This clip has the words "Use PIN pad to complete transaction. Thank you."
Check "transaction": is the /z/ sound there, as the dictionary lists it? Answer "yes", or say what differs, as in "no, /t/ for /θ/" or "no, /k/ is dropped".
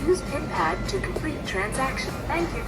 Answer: yes